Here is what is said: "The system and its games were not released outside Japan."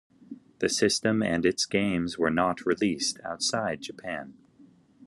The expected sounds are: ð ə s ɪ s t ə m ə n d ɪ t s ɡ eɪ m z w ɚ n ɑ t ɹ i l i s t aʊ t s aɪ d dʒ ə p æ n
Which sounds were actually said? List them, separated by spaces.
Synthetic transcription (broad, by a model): ð ə s ɪ s t ə m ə n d ɪ t s ɡ eɪ m z w ɚ n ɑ t ɹ i l i s t aʊ t s aɪ d dʒ ə p æ n